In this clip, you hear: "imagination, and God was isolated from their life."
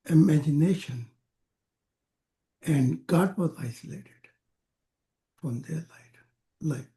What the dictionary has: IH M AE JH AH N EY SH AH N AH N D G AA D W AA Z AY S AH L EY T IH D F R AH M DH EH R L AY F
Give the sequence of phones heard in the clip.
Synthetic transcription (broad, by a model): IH M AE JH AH N EY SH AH N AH N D G AA D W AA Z AY S AH L EY T IH D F R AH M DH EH L L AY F